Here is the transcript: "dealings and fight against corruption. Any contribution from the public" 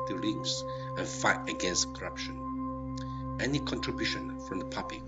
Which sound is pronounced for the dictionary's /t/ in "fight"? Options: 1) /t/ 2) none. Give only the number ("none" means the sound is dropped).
1